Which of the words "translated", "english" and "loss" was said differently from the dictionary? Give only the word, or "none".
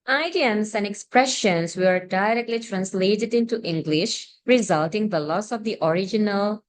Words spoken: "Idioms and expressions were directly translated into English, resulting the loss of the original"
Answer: none